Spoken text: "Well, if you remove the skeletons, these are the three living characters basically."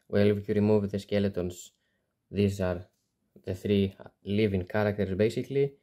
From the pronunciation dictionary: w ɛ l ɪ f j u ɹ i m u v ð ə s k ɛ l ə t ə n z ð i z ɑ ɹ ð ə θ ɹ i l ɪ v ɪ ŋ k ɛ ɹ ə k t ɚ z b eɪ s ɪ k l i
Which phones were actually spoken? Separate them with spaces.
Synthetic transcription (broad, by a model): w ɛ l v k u ɹ i m u v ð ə s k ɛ l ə t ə n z ð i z ɑ ɹ ð ə θ ɹ i l ɪ v ɪ ŋ k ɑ ɹ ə k t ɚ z b eɪ s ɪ k l i